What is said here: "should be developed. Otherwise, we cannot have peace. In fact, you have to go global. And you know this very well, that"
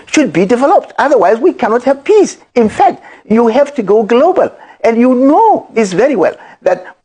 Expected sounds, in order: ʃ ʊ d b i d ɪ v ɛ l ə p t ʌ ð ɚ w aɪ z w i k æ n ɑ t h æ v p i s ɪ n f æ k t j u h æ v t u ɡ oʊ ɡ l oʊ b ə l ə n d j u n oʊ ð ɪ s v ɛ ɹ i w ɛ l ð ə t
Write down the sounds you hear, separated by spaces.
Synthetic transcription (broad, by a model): ʃ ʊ d b i d ɪ v ɛ l ə p t ʌ ð ɚ w aɪ z w i k æ n ɑ t h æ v p i s ɪ n f æ k t j u h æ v t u ɡ oʊ ɡ l oʊ b ə l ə n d j u n oʊ ð ɪ s v ɛ ɹ i w ɛ l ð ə t